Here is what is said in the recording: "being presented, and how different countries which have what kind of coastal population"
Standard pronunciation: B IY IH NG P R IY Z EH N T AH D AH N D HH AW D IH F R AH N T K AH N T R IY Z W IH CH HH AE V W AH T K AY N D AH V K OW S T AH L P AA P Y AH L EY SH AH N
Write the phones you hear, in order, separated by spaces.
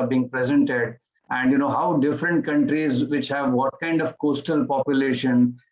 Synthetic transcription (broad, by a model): B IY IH NG P R IY Z EH N T AH D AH N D HH AW D IH F R AH N T K AH N T R IY Z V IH CH HH AE V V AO T K AY N D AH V K OW S T AH L P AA P Y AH L EY SH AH N